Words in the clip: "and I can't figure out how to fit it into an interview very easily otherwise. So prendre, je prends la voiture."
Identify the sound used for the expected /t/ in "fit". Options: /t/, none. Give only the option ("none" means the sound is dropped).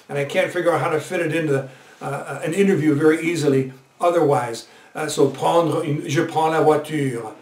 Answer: /t/